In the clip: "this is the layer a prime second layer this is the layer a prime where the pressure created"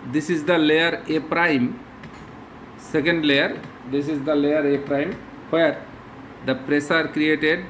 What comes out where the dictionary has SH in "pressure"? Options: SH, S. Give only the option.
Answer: S